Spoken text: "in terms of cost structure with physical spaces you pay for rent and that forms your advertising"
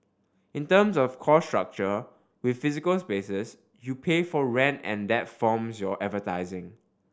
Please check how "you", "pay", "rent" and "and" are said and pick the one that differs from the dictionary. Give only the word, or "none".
none